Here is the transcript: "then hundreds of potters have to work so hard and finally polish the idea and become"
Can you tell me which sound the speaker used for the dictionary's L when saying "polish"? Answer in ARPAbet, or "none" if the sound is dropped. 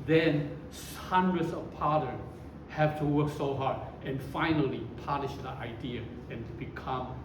N